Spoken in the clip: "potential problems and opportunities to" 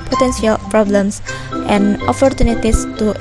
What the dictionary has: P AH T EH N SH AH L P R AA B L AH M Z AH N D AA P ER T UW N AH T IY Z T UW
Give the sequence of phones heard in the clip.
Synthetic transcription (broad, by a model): P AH T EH N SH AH L P R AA B L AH M S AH N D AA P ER T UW N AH T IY S T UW